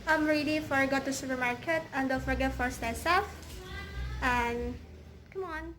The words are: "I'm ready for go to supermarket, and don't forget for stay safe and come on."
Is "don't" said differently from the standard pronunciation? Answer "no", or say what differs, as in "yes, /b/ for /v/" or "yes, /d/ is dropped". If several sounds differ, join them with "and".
yes, /l/ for /n/